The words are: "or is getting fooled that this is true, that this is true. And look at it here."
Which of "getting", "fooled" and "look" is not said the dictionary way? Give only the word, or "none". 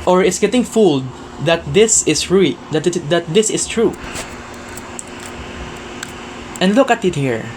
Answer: none